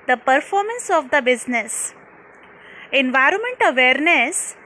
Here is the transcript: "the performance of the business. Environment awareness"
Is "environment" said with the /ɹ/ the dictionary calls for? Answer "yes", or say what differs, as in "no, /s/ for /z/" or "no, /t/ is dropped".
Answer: yes